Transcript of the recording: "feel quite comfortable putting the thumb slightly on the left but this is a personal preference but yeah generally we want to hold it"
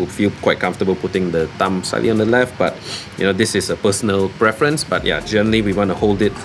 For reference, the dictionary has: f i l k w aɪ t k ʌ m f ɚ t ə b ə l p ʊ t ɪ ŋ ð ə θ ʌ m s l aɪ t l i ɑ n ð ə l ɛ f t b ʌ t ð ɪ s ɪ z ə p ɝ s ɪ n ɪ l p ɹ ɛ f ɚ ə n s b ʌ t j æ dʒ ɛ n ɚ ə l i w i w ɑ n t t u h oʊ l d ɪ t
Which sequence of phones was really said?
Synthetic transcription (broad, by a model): f i l k w aɪ t k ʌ m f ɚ t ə b ə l p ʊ t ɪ ŋ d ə t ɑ m s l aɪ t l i ɑ n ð ə l ɛ f t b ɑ t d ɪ s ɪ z ə p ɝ s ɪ n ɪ l p ɹ ɛ f ɚ ə n s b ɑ t j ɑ dʒ ɛ n ɚ ə l i w i w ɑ n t t u h oʊ l d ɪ t